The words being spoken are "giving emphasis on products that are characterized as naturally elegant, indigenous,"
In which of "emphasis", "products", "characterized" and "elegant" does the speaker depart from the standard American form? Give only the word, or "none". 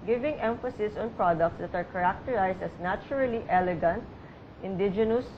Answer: characterized